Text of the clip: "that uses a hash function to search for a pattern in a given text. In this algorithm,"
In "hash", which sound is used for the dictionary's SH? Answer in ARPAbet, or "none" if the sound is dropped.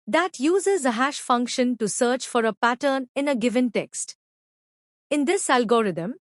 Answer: SH